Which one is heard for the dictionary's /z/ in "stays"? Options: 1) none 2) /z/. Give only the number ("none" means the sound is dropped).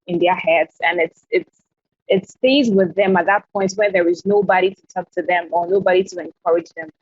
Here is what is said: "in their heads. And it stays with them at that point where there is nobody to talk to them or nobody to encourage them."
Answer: 2